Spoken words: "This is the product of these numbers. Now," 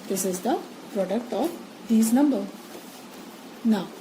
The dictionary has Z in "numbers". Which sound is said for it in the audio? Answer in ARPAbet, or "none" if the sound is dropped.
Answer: none